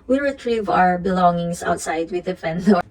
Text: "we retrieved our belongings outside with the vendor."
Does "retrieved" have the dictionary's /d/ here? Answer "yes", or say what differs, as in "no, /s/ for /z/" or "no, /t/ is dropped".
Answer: no, /d/ is dropped